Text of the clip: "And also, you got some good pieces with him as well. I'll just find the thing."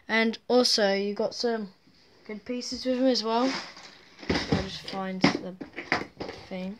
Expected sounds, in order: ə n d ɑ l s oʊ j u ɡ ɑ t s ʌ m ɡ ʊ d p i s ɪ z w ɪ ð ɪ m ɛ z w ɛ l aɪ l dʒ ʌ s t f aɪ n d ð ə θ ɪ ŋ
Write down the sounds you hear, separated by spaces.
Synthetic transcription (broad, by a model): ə n ɑ l s oʊ j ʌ ɡ ɑ t s ʌ m ɡ ʊ d p i s ɪ z w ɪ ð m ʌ z w ɛ l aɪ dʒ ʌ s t f aɪ n d ð ə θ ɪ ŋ